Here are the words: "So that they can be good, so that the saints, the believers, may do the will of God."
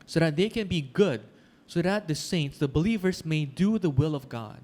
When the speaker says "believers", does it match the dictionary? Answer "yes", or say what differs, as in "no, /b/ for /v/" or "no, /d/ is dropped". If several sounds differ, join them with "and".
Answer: no, /s/ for /z/